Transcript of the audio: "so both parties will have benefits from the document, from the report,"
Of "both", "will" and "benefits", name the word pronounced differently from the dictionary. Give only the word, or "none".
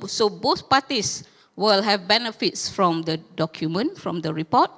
none